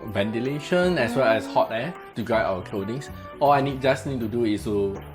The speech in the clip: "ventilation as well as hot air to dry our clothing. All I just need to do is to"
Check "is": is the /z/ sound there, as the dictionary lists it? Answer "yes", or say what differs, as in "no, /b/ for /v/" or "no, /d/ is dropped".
no, /s/ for /z/